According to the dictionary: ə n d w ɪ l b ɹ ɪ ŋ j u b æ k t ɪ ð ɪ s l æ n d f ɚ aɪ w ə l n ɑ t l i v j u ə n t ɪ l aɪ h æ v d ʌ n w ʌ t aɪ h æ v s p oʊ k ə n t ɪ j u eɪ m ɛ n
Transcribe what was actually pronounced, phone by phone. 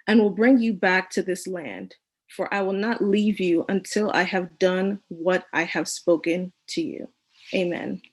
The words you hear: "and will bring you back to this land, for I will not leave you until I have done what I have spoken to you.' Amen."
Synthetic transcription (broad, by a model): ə n w ɪ l b ɹ ɪ ŋ j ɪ b æ k t ɪ ð ɪ s l æ n d f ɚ aɪ w ə l n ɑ t l i v j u ə n t ɪ l aɪ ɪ v d ʌ n w ʌ t aɪ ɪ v s p oʊ k ə n t ɪ j u eɪ m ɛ n